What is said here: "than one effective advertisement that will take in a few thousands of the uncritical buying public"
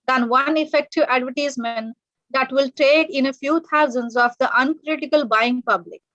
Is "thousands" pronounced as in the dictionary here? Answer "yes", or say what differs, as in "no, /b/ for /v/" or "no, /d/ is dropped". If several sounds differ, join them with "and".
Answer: no, /t/ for /θ/